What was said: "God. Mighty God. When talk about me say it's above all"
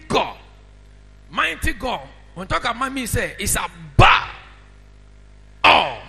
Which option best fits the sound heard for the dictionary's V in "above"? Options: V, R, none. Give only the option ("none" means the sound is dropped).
none